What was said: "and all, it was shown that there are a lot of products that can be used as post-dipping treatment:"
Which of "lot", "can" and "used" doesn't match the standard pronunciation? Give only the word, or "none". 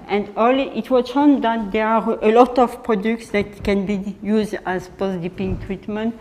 none